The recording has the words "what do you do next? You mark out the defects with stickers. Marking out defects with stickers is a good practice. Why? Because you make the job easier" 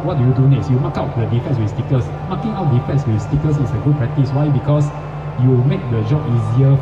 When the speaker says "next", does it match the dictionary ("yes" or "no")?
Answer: no